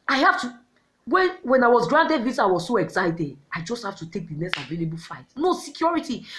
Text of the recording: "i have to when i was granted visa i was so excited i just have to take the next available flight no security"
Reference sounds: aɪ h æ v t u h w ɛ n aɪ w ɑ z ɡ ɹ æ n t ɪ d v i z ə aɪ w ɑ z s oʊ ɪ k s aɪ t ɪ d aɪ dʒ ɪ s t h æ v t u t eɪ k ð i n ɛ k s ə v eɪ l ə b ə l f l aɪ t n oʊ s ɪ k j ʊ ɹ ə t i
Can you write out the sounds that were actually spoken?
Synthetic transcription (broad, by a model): aɪ h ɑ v t u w w ɛ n aɪ w ɑ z ɡ ɹ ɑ n t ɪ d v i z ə aɪ w ɑ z s oʊ ɪ k s aɪ t ɪ d aɪ dʒ ɪ s t h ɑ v t u t eɪ k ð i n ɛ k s ə v eɪ l ə b ə l f aɪ t n oʊ s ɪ k j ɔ ɹ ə t i